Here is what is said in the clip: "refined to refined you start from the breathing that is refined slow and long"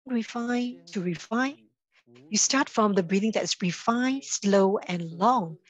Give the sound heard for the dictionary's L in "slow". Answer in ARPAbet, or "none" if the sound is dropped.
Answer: L